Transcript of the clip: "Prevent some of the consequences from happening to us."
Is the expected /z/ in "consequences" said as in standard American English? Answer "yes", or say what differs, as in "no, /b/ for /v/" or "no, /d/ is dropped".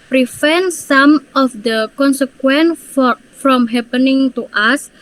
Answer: no, /z/ is dropped